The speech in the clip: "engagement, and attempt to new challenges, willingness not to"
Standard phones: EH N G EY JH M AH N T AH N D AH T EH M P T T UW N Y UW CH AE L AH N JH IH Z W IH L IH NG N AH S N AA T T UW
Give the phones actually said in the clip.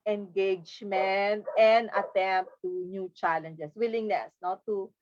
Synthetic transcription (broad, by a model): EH N G EY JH M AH N T AH N D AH T EH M P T T UW N Y UW CH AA L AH N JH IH S W IH L IH NG N AH S N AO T T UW